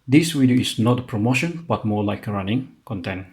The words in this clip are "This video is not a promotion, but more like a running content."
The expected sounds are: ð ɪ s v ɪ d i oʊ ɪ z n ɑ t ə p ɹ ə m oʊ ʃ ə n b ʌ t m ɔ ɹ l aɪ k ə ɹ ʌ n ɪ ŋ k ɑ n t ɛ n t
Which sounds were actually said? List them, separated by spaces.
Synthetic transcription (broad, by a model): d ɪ s w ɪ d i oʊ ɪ s n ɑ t ə p ɹ ə m oʊ ʃ ə n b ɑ t m ɔ l aɪ k ɹ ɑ n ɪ ŋ k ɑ n t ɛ n